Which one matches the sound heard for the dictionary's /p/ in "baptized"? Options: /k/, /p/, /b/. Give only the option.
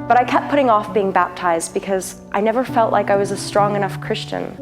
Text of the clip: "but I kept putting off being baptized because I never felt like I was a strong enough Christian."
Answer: /p/